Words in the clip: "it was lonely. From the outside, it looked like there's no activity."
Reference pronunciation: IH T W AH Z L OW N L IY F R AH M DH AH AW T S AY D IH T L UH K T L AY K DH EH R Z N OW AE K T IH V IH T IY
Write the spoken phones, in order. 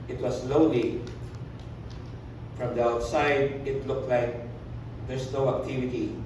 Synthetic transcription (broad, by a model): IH T W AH S L OW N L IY F R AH M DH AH AW T S AY D IH T L UH K T L AY K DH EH R S N OW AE K T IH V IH T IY